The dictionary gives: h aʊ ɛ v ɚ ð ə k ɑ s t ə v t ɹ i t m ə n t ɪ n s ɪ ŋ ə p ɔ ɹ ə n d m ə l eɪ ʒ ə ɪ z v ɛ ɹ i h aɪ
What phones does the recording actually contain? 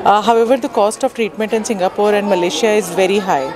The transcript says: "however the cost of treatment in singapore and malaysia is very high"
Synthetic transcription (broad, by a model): h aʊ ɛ v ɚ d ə k ɑ s t ə v t ɹ i t m ə n t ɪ n s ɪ ŋ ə p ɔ ɹ ə n d m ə l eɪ ʃ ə ɪ z v ɛ ɹ i h aɪ